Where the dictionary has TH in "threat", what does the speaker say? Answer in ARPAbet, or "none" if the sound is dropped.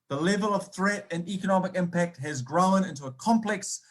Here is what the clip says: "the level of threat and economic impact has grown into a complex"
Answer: TH